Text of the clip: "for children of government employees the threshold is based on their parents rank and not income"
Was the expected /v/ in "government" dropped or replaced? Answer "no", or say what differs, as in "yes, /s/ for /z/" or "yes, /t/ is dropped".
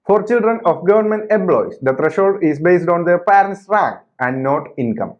no